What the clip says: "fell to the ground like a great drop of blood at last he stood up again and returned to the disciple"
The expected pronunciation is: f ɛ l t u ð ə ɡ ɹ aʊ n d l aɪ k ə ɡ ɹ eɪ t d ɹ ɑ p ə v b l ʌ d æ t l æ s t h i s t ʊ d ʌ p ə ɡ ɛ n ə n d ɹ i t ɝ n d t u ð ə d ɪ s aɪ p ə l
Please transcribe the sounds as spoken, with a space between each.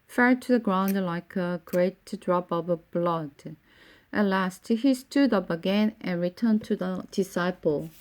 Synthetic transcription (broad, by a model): f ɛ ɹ t u ð ə ɡ ɹ aʊ n d l aɪ k ə ɡ ɹ eɪ t d ɹ ɑ p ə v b l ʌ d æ t l æ s t h i s t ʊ d ʌ p ə ɡ ɛ n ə n ɹ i t ɝ n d t u ð ə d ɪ s aɪ p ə l